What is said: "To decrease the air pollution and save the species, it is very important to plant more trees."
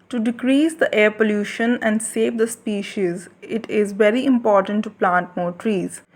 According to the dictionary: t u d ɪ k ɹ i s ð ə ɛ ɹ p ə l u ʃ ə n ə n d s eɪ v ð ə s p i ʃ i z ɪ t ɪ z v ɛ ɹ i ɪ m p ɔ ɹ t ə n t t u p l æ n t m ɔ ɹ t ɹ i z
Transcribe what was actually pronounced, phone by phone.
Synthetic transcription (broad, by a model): t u d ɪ k ɹ i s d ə ɛ ɹ p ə l u ʃ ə n ə n d s eɪ v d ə s p i ʃ i z ɪ t ɪ z v ɛ ɹ i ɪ m p ɔ ɹ t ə n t t u p l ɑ n t m ɔ ɹ t ɹ i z